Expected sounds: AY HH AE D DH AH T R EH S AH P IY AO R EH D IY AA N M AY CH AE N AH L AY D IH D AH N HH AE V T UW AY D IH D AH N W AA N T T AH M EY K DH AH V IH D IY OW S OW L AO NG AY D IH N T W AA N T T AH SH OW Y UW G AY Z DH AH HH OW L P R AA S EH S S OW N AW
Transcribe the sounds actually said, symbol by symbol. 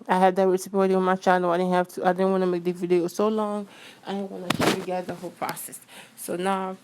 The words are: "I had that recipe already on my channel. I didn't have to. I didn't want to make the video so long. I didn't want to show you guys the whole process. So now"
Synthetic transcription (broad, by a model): AY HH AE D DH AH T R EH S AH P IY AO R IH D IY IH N M AY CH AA AH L AY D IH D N HH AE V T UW AY D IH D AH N W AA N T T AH M EY K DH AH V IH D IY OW S OW L AO NG AY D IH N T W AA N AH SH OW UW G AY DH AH HH OW L P R AA S EH S S OW N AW